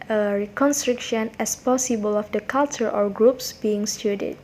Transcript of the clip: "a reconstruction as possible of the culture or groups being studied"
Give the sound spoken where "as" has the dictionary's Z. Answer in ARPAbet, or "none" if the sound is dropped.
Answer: S